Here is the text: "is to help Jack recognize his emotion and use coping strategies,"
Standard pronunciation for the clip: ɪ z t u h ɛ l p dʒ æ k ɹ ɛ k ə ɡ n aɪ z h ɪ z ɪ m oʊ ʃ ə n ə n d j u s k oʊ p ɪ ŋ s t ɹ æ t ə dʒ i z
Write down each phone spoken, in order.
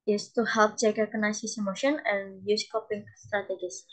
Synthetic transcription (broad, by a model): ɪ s t u h ɛ l p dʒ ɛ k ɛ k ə n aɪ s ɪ s ɪ m oʊ ʃ ə n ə n j u s k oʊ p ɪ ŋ s t ɹ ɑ t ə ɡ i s